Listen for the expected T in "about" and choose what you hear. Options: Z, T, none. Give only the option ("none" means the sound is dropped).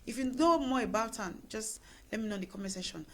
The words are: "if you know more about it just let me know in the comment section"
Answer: T